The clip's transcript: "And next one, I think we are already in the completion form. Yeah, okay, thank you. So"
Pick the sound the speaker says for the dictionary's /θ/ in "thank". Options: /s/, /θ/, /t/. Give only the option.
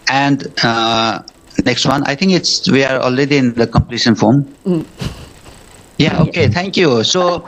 /t/